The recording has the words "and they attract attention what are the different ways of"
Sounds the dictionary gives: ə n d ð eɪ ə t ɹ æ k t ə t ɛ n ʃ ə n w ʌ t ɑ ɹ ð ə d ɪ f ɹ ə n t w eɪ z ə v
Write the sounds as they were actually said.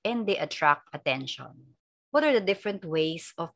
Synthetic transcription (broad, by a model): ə n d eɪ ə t ɹ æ k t ə t ɛ n ʃ ə n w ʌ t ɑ ɹ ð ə d ɪ f ɹ ə n t w eɪ s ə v